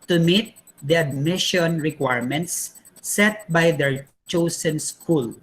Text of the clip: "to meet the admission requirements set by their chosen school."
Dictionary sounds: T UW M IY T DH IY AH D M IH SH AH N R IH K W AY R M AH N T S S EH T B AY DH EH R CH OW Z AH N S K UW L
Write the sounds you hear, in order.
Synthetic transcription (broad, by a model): T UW M IY T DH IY AH D M IH SH AH N R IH K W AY R M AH N T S S EH T B AY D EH R CH OW S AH N S K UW L